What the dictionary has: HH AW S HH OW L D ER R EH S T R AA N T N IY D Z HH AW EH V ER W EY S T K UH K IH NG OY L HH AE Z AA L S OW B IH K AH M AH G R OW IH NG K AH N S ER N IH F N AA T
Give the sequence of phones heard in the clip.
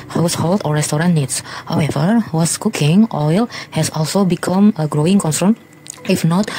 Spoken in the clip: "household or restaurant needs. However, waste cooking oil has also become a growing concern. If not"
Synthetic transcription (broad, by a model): HH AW S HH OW L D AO R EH S T R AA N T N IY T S HH AW EH V ER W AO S K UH K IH NG OY L HH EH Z AA L S OW B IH K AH M AH G R OW IH NG K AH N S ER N IH F N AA T